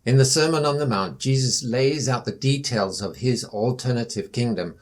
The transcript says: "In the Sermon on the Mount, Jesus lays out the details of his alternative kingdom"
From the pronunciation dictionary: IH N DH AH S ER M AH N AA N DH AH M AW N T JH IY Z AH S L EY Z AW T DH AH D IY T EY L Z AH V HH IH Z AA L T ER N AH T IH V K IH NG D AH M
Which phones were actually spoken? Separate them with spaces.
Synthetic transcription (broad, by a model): IH N DH AH S ER M AH N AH N DH AH M AW N JH IY Z AH S L EY Z AW T DH AH D IY T EY L Z AH V IH Z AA L T ER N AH T IH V K IH NG D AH M